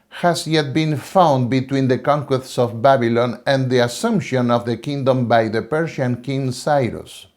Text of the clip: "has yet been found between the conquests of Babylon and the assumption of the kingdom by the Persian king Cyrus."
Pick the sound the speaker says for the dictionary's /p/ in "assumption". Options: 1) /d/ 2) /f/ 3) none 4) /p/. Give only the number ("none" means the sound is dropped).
4